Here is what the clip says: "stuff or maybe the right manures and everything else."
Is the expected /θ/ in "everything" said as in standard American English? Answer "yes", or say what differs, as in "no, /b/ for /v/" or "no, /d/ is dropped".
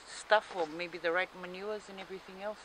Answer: yes